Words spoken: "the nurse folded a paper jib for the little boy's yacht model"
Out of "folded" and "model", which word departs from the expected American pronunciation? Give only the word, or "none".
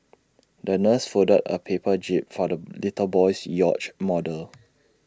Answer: folded